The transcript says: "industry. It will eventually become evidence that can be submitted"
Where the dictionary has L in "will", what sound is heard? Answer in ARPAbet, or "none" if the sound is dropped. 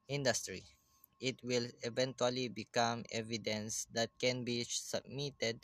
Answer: L